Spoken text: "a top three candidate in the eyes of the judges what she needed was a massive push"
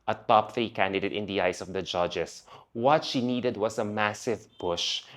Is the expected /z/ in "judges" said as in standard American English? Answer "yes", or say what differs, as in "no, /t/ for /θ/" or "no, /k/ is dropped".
no, /s/ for /z/